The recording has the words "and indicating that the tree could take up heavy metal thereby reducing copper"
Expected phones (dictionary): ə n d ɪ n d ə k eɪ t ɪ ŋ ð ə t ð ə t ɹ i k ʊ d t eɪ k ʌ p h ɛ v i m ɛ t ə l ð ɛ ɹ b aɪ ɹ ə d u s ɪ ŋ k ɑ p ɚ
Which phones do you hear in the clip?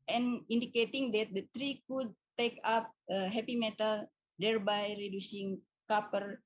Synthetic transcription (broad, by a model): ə n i n d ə k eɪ t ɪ ŋ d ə t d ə t ɹ i k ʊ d t eɪ k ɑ p h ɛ p i m ɛ t ə l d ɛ ɹ b aɪ ɹ ə d u s ɪ ŋ k ɑ p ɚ